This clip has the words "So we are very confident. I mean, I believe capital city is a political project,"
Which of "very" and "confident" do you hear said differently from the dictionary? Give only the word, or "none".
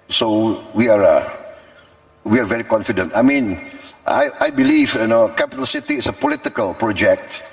none